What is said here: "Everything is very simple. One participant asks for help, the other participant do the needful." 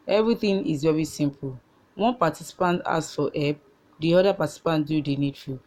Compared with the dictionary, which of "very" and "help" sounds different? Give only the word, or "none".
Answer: help